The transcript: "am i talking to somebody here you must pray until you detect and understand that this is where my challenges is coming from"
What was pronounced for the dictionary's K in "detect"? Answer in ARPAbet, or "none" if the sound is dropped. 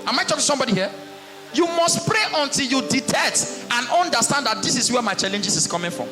none